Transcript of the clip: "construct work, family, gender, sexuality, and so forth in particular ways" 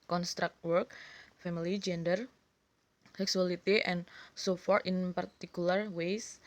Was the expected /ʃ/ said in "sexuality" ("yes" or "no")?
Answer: no